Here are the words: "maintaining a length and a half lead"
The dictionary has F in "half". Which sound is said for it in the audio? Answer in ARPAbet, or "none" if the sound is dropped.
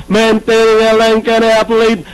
P